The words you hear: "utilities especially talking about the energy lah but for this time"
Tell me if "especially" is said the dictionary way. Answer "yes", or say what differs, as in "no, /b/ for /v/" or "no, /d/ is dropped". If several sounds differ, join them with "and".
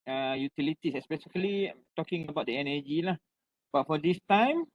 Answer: no, /s/ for /ʃ/